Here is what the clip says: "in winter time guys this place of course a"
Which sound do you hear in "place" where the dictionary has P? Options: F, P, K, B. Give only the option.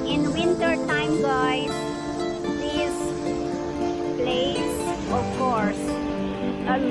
B